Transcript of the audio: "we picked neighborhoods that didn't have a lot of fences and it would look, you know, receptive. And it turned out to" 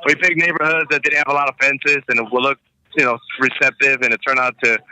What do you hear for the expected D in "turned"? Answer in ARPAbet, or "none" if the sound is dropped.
none